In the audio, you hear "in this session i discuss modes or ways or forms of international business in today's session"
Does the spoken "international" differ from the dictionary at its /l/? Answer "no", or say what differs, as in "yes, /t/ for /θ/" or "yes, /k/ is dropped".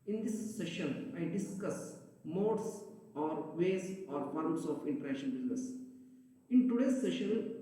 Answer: yes, /n/ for /l/